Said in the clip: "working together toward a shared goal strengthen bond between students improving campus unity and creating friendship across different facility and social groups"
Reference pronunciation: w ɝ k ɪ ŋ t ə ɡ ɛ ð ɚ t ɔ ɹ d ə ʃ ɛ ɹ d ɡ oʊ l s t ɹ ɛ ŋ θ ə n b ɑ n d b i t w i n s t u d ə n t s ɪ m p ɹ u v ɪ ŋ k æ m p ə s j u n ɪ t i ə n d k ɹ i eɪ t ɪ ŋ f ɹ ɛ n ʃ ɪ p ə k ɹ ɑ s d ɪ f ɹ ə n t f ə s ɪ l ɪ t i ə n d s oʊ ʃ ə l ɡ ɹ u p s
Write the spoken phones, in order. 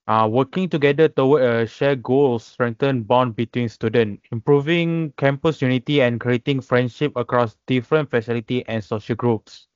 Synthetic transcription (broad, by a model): w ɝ k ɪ ŋ t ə ɡ ɛ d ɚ t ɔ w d ə ʃ ɛ ɡ oʊ l s t ɹ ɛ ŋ t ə n b ɑ n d b i t w i n s t u d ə n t ɪ m p ɹ u v ɪ ŋ k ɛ m p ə s j u n ɪ t i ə n k ɹ i eɪ t ɪ ŋ f ɹ ɛ n ʃ ɪ p ə k ɹ ɑ s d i f ɹ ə n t f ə s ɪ l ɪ t i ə n s oʊ ʃ ə l ɡ ɹ u p s